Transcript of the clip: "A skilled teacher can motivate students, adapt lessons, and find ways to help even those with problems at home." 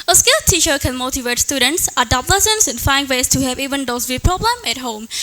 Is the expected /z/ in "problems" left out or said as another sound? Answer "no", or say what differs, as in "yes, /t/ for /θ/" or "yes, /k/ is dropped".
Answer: yes, /z/ is dropped